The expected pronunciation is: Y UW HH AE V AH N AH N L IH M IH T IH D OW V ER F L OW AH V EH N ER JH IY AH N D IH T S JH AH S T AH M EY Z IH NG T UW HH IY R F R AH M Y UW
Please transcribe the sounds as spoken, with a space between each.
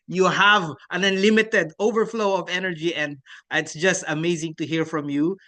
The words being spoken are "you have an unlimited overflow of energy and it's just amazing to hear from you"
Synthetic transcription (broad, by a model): Y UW HH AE V AH N AH N L IH M IH T IH D OW V ER F L OW AH V EH N ER JH IY AH N D IH T S JH AH S T AH M EY Z IH NG T UW HH IY R F R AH M Y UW